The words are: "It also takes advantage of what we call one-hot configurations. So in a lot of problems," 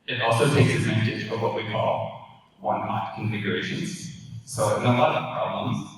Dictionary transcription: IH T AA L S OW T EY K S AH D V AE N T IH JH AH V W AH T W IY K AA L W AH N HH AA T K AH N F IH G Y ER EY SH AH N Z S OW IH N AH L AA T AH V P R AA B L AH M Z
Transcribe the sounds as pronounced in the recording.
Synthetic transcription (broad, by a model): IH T AA L S OW T EY K S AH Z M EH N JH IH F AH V W AH T W IY K AA L W AH N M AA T K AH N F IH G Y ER EY SH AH N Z S OW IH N AH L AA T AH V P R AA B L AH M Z